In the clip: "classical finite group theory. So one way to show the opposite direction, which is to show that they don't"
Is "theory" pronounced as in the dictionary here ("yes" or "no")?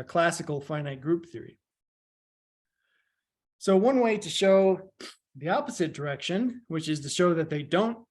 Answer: yes